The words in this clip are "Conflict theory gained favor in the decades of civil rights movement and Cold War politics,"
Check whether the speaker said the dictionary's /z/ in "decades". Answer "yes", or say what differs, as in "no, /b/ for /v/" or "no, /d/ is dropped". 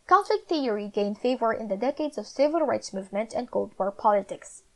yes